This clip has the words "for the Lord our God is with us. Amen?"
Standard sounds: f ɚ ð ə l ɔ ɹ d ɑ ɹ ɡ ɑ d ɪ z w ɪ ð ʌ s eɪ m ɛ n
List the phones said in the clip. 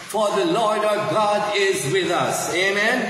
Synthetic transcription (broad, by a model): f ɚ ð ə l ɔ ɹ d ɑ ɡ ɑ d ɪ z w ɪ ð ʌ s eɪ m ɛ n